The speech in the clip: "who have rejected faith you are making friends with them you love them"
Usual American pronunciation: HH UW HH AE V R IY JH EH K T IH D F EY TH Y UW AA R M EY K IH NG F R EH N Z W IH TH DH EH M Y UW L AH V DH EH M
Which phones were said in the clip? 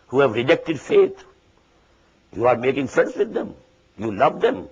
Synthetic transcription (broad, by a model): HH UW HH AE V R IY JH EH K T IH D F EY T Y UW AA R M EY K IH NG F R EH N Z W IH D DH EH M Y UW L AH V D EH M